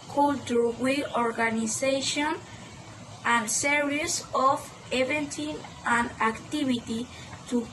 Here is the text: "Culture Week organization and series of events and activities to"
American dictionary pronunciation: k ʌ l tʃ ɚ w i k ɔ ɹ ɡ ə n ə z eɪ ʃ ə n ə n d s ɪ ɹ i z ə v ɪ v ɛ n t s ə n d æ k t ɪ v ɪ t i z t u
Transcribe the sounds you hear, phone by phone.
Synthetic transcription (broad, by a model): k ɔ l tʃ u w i ɔ ɹ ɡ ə n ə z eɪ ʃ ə n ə n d s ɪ ɹ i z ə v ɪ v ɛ n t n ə n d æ k t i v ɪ t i t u